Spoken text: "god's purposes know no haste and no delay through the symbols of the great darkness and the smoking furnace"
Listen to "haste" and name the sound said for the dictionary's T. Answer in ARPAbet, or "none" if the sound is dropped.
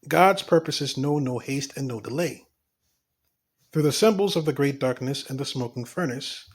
T